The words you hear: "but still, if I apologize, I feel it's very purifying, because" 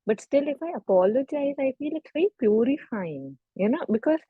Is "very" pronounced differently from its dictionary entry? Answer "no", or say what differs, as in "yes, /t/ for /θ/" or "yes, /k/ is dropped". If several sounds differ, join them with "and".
yes, /ɹ/ is dropped